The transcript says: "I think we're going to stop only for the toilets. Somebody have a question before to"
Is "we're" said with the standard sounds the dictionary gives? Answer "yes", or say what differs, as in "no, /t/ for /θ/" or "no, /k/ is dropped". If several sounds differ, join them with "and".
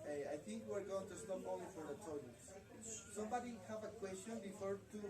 yes